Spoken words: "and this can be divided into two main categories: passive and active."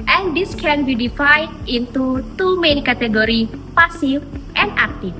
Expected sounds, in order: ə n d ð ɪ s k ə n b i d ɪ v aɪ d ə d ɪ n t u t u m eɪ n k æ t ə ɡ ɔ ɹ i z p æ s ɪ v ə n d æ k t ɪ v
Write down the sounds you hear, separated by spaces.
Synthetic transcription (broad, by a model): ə n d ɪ s k ə n b i d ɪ f aɪ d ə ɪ n t u t u m eɪ n k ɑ t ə ɡ ɔ ɹ i p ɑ s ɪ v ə n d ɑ k t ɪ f